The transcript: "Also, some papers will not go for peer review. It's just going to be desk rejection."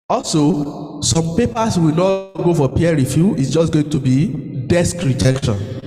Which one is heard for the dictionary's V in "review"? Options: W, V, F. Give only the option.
F